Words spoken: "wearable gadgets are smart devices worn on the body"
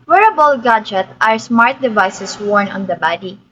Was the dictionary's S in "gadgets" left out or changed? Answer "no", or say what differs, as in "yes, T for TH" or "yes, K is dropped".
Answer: yes, S is dropped